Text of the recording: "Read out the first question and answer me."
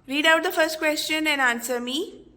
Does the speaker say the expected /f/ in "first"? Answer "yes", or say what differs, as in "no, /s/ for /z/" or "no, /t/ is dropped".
yes